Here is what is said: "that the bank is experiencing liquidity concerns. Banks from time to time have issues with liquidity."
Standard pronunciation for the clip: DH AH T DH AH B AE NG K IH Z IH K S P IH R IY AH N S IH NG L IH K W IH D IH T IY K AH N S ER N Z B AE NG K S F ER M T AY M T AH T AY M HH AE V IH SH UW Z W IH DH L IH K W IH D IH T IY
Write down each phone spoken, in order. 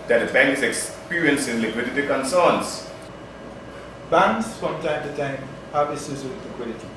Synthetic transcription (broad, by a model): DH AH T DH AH B AE NG K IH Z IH K S P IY R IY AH N S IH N L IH K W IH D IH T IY K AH N S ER N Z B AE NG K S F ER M T AY M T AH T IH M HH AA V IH S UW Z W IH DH L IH K W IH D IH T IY